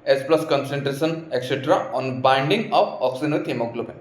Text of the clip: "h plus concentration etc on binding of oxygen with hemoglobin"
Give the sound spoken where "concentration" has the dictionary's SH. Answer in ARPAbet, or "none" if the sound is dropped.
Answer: S